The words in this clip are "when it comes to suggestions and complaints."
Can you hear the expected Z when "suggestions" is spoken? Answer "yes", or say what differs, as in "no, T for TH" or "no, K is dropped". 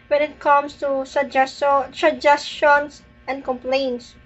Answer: no, S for Z